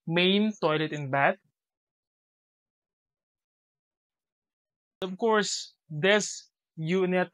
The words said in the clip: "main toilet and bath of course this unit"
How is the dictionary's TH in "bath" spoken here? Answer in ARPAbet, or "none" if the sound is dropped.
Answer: T